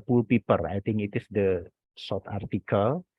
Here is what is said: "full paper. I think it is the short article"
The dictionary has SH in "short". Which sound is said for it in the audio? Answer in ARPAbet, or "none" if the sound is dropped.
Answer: S